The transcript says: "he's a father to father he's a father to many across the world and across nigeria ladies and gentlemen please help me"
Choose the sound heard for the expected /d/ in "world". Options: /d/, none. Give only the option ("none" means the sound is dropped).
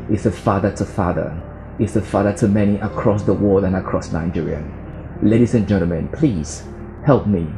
none